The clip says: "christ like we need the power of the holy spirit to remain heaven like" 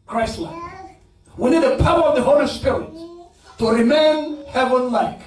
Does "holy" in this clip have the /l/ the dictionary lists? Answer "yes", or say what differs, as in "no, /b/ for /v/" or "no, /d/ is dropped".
yes